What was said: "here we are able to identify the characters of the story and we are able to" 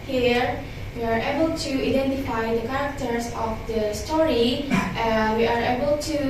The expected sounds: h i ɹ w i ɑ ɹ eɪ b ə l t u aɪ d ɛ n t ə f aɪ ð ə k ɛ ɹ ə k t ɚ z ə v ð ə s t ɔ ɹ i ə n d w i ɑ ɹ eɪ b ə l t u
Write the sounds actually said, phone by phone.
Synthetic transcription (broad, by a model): h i ɹ w i ɑ ɹ eɪ b ə l t u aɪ d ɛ n t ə f aɪ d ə k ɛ ɹ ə k t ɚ s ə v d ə s t ɔ ɹ i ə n w i ɑ ɹ eɪ b ə l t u